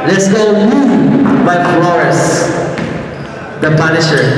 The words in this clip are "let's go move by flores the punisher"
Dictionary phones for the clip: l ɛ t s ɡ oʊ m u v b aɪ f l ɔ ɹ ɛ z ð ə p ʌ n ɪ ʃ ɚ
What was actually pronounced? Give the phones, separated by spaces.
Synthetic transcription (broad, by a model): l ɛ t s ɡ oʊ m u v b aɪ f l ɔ ɛ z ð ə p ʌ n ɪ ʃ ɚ